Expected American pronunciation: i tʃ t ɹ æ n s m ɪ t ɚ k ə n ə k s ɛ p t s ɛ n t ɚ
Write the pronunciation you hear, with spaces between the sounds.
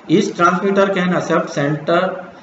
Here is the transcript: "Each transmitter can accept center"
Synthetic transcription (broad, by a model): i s t ɹ æ n s m ɪ t ɚ k ə n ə s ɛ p t s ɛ n t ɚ